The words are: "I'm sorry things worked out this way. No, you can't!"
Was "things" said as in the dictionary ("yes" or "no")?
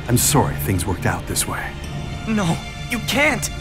yes